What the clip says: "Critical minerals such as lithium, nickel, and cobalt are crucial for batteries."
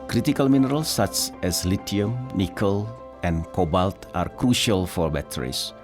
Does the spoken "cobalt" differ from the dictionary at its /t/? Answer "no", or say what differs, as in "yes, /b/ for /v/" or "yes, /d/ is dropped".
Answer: no